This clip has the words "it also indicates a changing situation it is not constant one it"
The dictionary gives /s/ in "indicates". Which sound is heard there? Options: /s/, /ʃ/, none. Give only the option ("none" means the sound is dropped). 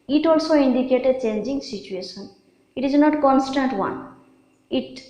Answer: none